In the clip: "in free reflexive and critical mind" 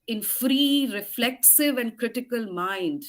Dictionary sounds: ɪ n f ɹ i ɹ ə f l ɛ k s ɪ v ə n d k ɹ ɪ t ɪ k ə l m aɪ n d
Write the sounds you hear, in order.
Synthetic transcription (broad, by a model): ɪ n f ɹ i ɹ ə f l ɛ k s ɪ v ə n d k ɹ ɪ t ɪ k ə l m aɪ n d